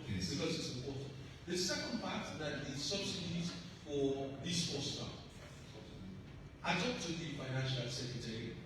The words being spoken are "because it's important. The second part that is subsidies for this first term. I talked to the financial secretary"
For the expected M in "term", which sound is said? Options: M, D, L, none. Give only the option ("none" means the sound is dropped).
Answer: none